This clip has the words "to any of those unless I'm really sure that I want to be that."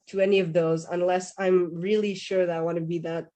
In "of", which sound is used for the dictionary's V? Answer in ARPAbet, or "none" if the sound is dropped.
V